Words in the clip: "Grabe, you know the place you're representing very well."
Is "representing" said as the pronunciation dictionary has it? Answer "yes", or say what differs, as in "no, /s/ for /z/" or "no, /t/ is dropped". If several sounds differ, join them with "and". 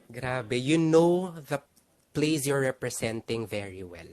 no, /s/ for /z/